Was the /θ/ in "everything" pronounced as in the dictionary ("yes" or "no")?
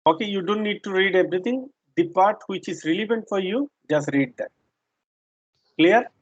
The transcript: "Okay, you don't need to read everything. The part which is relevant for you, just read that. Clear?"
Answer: no